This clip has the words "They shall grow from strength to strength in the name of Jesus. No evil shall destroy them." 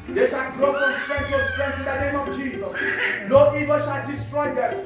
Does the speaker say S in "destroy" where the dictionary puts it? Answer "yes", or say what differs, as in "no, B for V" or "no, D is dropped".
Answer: yes